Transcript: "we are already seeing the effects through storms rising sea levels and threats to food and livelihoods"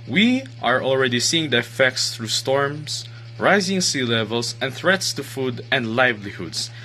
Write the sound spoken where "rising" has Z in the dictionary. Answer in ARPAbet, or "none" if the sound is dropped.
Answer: Z